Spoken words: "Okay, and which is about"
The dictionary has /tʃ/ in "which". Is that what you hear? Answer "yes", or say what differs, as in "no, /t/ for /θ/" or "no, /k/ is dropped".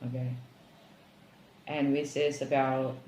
no, /s/ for /tʃ/